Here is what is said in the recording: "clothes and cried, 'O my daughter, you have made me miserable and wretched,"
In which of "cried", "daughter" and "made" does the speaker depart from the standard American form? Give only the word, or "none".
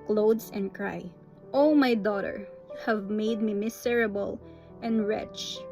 cried